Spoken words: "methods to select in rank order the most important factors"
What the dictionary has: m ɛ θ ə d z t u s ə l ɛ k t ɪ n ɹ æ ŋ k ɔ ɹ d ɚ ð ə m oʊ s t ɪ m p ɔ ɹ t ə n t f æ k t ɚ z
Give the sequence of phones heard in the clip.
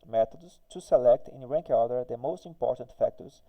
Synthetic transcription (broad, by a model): m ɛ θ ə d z t u s ə l ɛ k t ɪ n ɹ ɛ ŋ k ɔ l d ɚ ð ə m oʊ s t ɪ m p ɔ ɹ t ə n t f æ k t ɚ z